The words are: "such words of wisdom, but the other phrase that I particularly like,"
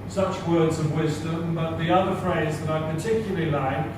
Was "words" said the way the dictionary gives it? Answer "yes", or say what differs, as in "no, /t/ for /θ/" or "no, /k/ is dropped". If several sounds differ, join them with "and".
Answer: yes